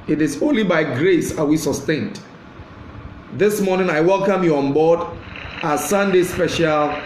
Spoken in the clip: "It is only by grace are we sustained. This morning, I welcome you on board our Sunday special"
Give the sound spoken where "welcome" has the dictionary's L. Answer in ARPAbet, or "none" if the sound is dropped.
L